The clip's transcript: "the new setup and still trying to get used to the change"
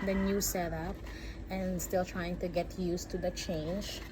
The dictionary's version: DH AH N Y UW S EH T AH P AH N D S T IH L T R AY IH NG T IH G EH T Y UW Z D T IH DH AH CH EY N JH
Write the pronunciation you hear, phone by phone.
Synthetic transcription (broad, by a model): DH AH N Y UW S EH T AH P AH N S T IH L T R AY IH NG T IH G EH T Y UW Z T IH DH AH CH EY N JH